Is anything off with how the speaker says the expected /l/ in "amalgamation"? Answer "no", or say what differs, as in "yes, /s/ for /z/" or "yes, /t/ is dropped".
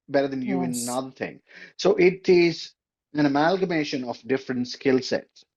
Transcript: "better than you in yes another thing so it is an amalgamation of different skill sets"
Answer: no